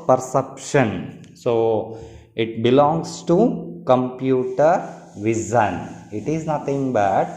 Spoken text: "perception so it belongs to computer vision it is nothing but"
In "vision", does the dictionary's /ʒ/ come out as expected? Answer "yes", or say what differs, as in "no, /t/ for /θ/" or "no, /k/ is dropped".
no, /z/ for /ʒ/